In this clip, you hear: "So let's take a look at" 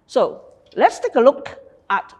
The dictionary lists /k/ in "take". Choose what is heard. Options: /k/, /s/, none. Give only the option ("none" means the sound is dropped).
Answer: /k/